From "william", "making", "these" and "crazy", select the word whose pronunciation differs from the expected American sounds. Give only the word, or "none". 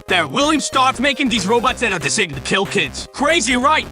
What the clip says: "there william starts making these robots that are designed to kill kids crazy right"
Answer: none